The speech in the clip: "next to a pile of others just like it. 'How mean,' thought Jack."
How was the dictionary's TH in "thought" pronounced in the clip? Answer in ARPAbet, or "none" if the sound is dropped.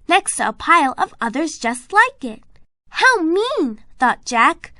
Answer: TH